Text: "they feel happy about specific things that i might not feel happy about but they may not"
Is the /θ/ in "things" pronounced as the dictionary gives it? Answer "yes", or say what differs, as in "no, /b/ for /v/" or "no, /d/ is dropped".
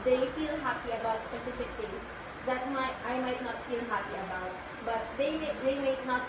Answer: no, /t/ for /θ/